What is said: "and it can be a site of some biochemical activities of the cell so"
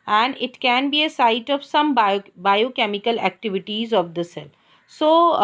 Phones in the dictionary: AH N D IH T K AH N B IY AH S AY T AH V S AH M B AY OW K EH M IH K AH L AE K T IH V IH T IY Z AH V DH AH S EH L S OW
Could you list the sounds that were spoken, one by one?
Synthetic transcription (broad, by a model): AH N D IH T K AH N B IY AH S AY T AH V S AH M B AY OW K EH M IH K AH L AE K T IH V IH T IY Z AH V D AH S EH L S OW